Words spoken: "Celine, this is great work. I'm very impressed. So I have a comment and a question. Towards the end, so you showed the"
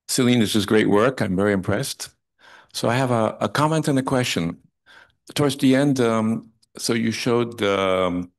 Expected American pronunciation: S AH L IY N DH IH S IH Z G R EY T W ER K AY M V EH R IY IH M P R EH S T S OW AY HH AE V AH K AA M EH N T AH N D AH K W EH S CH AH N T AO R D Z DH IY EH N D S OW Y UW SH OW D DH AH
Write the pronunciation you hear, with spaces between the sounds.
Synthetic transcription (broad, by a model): S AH L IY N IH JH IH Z G R EY T W ER K AY M V EH R IY IH M P R EH S T S OW AY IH V AH K AA M EH N T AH N AH K W EH S CH AH N T AO R D Z DH IY EH N D S OW Y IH SH OW D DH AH